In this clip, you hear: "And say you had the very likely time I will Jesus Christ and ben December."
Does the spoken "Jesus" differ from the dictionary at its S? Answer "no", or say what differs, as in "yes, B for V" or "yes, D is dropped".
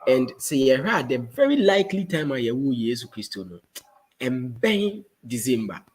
yes, S is dropped